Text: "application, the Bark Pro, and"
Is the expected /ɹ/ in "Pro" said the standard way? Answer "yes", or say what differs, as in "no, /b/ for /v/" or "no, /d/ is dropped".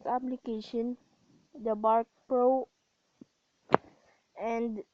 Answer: yes